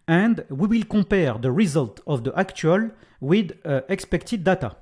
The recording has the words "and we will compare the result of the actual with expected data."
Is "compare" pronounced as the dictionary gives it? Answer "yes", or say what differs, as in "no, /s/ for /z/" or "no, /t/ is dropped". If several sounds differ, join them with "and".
no, /m/ is dropped